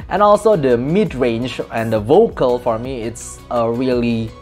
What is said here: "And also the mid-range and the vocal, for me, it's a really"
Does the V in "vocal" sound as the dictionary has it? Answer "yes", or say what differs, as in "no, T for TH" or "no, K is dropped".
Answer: yes